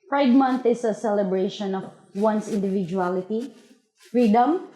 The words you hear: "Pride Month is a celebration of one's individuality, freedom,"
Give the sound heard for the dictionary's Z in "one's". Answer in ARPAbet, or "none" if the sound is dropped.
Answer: S